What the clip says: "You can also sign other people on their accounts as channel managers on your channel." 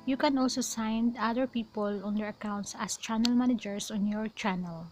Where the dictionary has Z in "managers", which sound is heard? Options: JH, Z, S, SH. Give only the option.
S